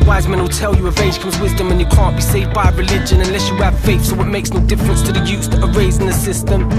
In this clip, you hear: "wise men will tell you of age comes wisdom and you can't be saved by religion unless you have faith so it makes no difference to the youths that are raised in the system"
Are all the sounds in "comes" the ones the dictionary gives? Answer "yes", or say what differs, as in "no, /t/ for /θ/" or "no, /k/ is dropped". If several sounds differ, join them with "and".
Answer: yes